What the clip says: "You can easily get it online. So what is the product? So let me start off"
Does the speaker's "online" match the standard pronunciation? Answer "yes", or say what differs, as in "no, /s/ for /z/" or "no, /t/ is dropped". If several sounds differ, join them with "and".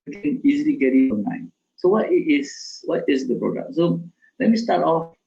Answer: no, /l/ is dropped